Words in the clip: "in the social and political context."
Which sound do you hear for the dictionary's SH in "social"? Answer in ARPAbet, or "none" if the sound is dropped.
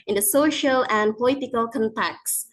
SH